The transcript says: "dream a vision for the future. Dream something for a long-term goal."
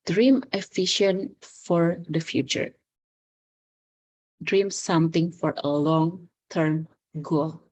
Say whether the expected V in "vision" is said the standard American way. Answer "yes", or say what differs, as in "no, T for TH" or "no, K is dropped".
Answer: no, F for V